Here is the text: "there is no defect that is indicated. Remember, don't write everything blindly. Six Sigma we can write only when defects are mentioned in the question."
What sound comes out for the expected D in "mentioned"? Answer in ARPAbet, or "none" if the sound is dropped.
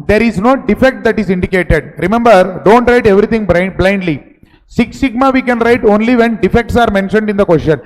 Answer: D